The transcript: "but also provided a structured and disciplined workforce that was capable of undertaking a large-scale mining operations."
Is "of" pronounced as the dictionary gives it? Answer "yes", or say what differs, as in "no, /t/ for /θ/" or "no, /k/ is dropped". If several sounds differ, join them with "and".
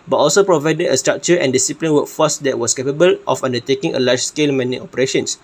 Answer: no, /f/ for /v/